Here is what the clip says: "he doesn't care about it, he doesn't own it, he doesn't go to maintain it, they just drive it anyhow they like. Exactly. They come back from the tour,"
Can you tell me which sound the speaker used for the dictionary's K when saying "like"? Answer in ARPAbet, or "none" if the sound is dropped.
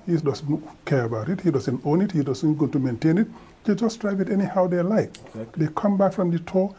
none